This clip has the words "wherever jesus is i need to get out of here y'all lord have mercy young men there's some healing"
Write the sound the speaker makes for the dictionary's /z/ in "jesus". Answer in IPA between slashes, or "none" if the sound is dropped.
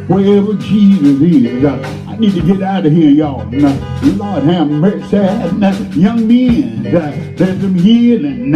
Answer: /z/